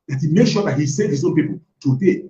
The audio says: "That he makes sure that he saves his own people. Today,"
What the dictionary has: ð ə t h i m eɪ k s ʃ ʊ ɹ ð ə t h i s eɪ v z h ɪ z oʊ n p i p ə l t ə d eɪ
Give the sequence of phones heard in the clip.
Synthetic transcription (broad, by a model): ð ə t h i m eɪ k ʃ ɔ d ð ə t h i s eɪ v h ɪ z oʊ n p i p ə l t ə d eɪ